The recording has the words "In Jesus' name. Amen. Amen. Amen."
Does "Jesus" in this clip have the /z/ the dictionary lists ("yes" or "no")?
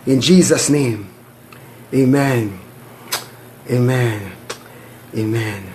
yes